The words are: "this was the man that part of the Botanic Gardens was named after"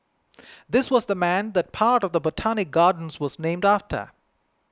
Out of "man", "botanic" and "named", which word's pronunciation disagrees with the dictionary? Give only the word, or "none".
none